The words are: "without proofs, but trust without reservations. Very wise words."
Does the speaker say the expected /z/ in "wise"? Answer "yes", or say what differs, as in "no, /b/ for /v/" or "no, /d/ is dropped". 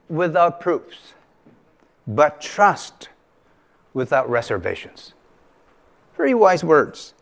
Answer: yes